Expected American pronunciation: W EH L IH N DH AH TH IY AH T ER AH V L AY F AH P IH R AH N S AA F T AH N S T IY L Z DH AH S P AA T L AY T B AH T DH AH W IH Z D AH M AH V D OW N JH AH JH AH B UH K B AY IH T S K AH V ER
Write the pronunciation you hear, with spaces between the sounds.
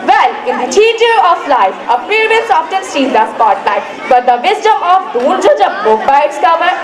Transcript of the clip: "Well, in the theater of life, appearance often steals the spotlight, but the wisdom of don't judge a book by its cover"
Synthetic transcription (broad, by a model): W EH L IH N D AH T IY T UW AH F L AY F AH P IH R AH L S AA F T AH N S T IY Z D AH S P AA T L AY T B AH T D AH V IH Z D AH M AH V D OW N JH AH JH AH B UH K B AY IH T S K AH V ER